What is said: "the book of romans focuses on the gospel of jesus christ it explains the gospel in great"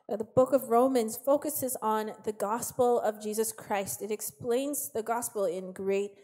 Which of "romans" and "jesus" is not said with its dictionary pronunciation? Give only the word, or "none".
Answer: none